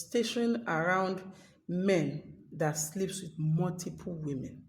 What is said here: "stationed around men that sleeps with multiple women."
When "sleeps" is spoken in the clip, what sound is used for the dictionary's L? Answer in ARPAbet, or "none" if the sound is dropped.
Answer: L